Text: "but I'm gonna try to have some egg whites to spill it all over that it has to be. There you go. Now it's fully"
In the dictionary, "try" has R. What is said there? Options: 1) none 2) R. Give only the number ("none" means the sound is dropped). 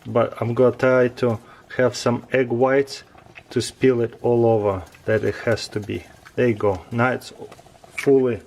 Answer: 1